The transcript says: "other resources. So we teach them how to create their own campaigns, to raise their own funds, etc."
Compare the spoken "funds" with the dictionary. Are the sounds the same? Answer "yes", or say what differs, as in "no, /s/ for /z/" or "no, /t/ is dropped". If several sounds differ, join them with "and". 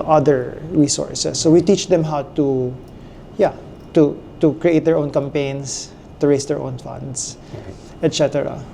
no, /s/ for /z/